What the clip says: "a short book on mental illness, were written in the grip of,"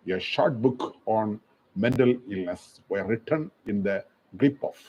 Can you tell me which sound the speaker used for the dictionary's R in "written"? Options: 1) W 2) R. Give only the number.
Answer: 2